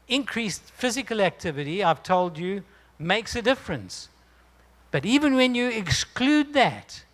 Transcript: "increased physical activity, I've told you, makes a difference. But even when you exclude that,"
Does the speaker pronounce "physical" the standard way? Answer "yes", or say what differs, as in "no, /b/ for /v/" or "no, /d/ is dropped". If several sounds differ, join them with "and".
yes